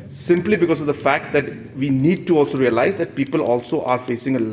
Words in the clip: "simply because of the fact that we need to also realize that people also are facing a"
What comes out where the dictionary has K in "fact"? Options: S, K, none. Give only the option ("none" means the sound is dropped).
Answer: K